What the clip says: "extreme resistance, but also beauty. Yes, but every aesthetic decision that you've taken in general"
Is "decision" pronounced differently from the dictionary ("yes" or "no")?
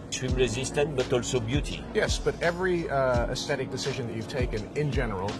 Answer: no